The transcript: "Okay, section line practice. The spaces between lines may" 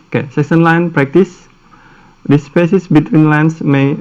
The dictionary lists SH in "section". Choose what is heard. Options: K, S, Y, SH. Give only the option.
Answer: S